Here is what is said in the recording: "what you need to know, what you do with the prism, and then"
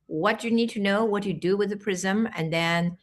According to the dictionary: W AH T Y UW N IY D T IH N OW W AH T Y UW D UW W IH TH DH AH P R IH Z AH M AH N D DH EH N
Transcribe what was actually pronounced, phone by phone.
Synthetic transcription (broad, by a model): W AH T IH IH N IY D T IH N OW W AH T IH D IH W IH DH AH P R IH Z AH M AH N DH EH N